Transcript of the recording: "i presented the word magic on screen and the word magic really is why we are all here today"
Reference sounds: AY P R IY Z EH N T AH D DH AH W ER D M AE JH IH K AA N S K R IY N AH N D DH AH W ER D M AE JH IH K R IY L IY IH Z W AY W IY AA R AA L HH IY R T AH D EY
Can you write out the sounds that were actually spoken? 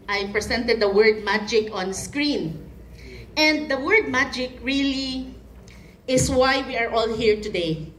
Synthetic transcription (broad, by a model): AY P R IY S EH N T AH D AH W ER D M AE JH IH K AA N S K R IY N AH N D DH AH W ER D M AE JH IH K R IY L IY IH S W AY W IY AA R AA L HH IY R T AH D EY